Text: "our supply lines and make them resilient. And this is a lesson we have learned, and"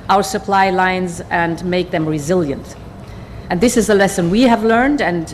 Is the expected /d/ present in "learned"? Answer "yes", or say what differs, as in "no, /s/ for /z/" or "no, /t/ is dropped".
yes